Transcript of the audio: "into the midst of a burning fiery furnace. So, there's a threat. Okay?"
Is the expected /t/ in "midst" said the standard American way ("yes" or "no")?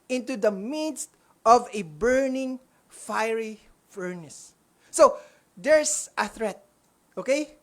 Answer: yes